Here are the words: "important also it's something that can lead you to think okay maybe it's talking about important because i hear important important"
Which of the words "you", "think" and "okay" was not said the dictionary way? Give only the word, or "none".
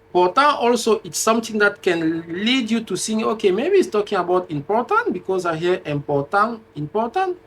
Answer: think